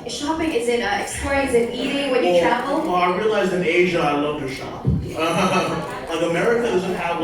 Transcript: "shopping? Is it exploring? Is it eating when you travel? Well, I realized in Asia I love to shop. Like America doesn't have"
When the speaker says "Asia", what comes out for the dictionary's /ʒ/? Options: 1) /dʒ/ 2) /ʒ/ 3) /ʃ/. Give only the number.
2